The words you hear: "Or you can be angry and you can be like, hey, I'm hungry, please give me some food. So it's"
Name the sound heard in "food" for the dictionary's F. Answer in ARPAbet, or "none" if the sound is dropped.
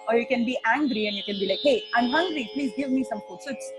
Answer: P